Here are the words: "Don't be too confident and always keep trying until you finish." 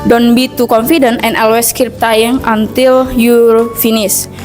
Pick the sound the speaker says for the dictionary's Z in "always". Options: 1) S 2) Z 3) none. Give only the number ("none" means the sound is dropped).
1